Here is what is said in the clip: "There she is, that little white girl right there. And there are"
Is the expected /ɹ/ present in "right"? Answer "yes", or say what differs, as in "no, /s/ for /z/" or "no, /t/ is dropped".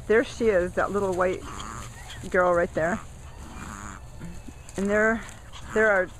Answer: yes